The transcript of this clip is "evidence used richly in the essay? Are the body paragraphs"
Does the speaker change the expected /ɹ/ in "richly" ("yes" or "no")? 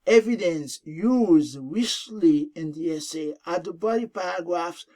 yes